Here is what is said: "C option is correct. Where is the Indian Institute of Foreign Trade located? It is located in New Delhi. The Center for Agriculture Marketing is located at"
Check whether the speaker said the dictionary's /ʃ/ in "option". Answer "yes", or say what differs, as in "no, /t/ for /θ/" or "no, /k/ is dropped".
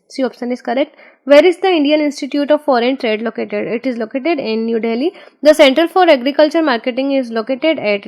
no, /s/ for /ʃ/